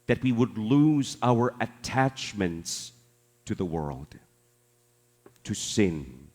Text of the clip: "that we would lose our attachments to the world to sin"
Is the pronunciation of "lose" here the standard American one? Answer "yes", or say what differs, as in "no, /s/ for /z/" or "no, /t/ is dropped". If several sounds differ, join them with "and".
yes